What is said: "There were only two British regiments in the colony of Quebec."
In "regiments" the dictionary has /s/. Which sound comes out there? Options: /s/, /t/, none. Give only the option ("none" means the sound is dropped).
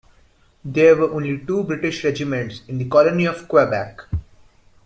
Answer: /s/